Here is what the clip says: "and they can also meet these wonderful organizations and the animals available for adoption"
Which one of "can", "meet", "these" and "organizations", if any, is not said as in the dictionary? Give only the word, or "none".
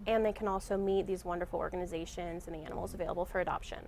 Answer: none